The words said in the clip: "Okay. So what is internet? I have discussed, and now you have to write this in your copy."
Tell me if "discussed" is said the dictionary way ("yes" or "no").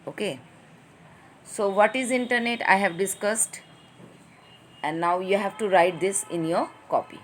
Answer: yes